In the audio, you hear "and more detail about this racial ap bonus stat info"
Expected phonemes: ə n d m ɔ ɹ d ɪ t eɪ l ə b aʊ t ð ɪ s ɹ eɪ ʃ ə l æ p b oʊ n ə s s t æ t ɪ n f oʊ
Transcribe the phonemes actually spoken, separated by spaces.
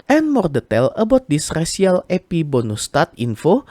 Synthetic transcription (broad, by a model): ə n m ɔ ɹ d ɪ t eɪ l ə b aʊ t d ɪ s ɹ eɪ s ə l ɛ p b oʊ n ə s s t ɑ t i n f oʊ